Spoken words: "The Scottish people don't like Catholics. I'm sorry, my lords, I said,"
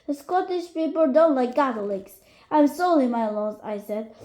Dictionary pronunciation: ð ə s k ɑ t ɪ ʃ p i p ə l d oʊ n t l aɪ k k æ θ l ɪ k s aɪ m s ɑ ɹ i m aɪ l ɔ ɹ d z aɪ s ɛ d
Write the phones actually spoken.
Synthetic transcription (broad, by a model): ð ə s k ɑ t ɪ ʃ p i p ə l d oʊ n t l aɪ k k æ t l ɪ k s aɪ m s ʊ l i m aɪ l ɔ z aɪ s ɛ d